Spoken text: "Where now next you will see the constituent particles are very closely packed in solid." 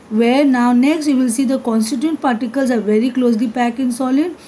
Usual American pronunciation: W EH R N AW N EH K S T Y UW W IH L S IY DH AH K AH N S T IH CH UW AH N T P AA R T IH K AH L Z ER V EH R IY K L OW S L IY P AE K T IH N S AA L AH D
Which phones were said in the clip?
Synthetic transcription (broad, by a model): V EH R N AW N EH K S T Y UW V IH L S IY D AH K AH N S T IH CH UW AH N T P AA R T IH K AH L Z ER V EH R IY K L OW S L IY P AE K IH N S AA L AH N